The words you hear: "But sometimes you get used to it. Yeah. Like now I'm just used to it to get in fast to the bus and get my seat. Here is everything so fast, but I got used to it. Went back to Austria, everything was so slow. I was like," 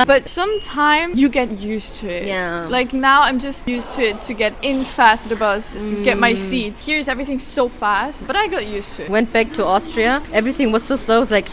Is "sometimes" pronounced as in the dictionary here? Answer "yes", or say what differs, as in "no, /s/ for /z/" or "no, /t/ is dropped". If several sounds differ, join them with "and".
no, /z/ is dropped